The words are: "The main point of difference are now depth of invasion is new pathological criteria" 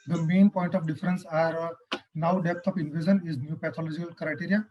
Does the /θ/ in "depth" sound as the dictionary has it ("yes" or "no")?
no